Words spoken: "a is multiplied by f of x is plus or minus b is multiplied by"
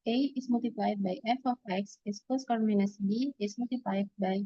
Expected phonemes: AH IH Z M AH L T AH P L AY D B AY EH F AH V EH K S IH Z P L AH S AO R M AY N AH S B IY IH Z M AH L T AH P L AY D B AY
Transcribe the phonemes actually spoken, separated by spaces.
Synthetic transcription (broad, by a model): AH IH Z M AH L T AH P L AY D B AY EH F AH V EH K S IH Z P AH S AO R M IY N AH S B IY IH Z M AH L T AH P L AY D B AY